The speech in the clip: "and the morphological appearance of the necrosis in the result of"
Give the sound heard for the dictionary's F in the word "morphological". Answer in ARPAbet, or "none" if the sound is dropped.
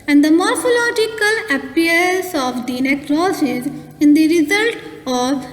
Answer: F